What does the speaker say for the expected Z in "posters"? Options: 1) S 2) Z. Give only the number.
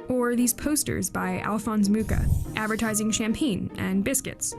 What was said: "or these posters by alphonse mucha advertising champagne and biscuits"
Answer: 2